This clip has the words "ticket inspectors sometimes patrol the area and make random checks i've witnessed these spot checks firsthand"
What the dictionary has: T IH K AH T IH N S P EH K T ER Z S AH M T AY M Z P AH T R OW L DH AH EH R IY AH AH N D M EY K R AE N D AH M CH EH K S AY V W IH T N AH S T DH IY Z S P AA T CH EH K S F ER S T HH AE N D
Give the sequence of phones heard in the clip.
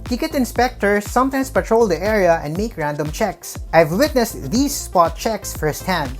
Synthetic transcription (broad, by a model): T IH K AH T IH N S P EH K T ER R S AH M T AY M S P AH T R OW L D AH EH R IY AH AH N D M EY K R AE N D AH M CH EH K S AY V W IH T N AH S T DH IY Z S P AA T CH EH K S F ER S T HH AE N D